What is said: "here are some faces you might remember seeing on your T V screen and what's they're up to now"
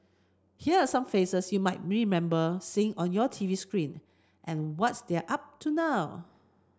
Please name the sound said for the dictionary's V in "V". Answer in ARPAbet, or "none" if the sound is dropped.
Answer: V